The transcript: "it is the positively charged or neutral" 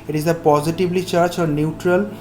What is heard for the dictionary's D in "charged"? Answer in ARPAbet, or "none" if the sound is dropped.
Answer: none